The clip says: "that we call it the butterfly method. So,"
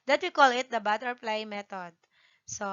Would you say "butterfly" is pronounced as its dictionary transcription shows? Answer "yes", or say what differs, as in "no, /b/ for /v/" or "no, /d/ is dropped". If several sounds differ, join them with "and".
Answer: no, /p/ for /f/